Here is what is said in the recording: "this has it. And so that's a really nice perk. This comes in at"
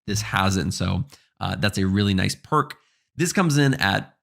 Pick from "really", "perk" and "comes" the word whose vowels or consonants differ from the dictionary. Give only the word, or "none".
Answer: none